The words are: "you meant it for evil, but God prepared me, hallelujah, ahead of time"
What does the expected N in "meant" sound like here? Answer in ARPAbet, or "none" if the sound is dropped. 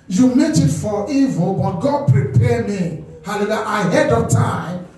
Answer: none